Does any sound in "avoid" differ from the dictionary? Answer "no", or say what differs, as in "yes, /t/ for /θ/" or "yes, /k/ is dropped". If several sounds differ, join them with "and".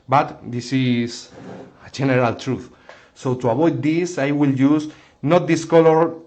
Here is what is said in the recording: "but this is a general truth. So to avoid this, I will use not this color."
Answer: yes, /b/ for /v/